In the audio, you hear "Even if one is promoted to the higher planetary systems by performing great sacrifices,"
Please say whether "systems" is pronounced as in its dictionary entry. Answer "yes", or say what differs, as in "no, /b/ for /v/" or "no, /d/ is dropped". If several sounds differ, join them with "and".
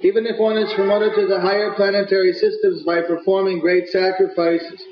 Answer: yes